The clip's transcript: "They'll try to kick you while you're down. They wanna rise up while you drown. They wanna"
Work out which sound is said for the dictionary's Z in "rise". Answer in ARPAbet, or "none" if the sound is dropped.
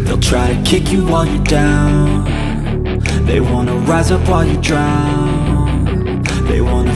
Z